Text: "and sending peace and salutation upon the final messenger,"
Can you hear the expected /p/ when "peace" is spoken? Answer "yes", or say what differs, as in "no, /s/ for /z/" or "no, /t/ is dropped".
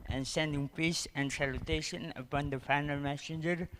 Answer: yes